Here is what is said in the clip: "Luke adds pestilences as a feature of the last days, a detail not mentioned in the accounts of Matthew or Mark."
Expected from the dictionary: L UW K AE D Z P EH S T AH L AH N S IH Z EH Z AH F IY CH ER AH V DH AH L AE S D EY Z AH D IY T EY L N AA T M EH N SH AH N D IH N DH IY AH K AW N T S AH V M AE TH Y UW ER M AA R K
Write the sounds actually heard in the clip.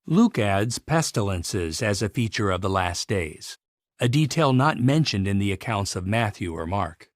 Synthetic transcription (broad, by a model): L UW K AE D Z P EH S T AH L AH N S IH Z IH Z AH F IY CH ER AH V DH AH L AE S D EY Z AH D IY T EY L N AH T M EH N SH AH N D IH N DH IY AH K AW N T S AH V M AE TH Y UW ER M AA R K